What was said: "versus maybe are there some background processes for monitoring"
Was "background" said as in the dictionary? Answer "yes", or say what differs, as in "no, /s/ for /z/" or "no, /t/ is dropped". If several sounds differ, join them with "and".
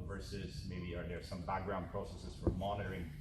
yes